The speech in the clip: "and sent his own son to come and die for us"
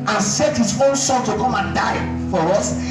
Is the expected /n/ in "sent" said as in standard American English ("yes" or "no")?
no